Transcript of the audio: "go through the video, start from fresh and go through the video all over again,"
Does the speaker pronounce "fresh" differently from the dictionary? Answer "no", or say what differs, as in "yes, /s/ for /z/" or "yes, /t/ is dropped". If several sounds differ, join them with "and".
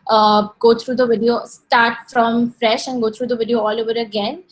no